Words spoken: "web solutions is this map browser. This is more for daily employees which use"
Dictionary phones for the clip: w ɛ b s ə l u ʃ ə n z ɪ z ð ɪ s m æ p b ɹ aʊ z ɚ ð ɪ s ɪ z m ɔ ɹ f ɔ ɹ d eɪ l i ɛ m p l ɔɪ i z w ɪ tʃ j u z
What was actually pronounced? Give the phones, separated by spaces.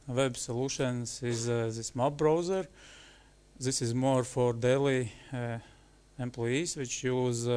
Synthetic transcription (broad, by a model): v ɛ b s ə l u ʃ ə n s ɪ z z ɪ s m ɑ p b ɹ aʊ z ɚ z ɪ s ɪ z m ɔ ɹ f ɔ ɹ d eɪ l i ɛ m p l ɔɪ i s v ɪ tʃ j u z